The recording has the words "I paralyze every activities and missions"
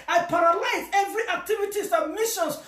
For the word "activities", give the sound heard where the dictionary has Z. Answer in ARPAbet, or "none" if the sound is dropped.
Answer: S